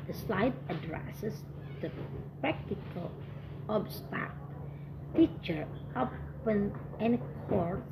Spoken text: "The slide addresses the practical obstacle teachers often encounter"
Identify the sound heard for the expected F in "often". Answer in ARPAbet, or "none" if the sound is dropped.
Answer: P